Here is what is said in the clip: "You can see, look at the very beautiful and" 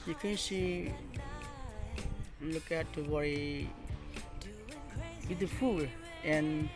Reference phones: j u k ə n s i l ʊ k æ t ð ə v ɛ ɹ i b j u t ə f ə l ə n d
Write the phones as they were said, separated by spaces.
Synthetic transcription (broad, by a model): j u k ə n s i l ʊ k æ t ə w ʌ ɹ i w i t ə f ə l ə n